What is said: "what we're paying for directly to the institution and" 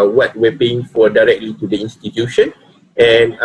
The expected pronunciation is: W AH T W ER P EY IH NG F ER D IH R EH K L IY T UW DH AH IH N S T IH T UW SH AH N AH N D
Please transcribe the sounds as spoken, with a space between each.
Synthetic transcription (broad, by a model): W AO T W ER P EY IH NG F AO D IH R EH K L IY T UW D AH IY N S T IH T UW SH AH N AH N